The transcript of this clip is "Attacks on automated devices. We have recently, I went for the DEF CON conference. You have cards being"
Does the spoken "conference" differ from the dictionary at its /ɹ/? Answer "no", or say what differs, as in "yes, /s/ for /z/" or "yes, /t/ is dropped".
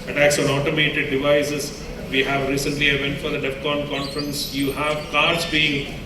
no